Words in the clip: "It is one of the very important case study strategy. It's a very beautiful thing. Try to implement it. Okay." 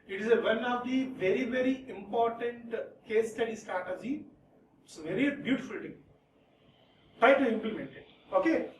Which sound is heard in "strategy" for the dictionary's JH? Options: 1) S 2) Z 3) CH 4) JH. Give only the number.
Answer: 2